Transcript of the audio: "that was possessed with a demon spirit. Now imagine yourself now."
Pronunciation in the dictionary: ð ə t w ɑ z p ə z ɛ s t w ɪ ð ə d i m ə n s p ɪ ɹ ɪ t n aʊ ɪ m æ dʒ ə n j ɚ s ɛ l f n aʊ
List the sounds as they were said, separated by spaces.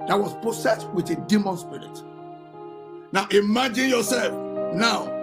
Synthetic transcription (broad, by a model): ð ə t w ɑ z p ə s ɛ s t w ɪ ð ə d i m ə n s p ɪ ɹ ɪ t n aʊ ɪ m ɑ dʒ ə n j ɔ s ɛ l f n aʊ